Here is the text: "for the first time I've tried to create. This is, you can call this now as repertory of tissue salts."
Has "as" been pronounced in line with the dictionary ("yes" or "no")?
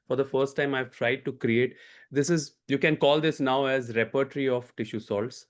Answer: yes